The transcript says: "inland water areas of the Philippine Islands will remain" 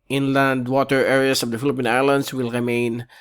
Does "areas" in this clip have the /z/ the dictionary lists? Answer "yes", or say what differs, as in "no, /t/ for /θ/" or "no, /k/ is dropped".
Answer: no, /s/ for /z/